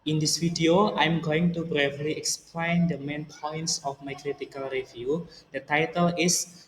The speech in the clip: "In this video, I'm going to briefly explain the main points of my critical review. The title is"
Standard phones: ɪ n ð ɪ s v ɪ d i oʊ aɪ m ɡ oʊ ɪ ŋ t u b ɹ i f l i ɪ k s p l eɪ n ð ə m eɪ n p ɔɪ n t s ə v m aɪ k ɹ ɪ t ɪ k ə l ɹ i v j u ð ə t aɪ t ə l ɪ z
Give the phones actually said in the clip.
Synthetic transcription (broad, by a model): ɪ n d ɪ s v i d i oʊ aɪ m ɡ oʊ ɪ ŋ t u b ɹ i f l i ɪ k s p l eɪ n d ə m eɪ n p ɔɪ n t s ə f m aɪ k ɹ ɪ t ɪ k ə l ɹ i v j u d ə t aɪ t ə l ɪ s